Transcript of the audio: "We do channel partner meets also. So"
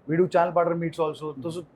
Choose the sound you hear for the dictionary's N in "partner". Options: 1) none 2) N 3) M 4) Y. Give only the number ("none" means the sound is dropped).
1